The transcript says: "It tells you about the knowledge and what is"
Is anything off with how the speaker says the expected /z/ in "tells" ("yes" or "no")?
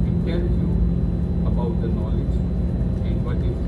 yes